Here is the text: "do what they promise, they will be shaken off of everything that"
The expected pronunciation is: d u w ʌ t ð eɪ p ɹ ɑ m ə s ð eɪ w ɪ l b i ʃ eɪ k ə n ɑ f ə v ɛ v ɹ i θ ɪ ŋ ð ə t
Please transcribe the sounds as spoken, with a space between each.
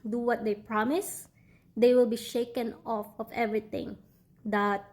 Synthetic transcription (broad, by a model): d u w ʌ t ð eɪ p ɹ ɑ m ə s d eɪ w ɪ l b i ʃ eɪ k ə n ɑ f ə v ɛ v ɹ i t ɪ ŋ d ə t